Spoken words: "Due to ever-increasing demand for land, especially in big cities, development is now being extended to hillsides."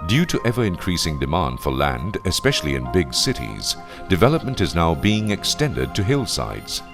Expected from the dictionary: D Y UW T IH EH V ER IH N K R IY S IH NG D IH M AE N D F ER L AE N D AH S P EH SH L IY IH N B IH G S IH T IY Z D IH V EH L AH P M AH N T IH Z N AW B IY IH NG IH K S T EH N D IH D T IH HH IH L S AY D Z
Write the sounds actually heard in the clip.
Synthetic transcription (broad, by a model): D Y UW T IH EH V ER IH N K R IY S IH NG D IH M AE N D F ER L AE N D AH S P EH SH L IY IH N B IH G S IH T IY Z D IH V EH L AH P M AH N T IH Z N AW B IY IH NG IH K S T EH N D IH D T IH HH IH L S AY D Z